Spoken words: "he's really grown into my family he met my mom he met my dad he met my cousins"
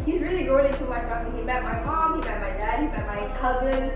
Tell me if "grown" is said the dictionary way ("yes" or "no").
no